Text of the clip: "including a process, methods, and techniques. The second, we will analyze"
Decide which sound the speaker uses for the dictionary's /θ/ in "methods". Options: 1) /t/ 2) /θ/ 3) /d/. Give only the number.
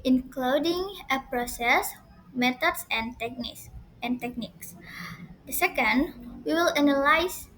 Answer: 1